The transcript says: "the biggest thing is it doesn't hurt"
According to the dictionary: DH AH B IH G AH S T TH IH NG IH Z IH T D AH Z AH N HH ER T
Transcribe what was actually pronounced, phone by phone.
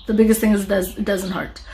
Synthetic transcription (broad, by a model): DH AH B IH G AH S T TH IH NG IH Z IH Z D AH Z AH N HH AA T